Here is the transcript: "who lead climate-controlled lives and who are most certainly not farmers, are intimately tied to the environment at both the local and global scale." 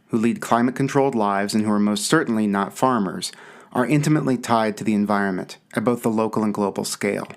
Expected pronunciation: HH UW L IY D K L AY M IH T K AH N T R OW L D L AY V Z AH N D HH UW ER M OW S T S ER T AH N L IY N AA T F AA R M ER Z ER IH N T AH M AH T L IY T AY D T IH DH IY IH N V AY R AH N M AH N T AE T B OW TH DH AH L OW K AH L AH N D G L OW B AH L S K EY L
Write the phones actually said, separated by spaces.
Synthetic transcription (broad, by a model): HH UW L IY D K L AY M IH T K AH N T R OW L D L AY V Z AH N HH UW ER M OW S T S ER T N L IY N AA T F AA R M ER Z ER IH N T AH M AH T L IY T AY D T IH DH IY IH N V AY R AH N M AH N T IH T B OW TH DH AH L OW K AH L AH N G L OW B L S K EY L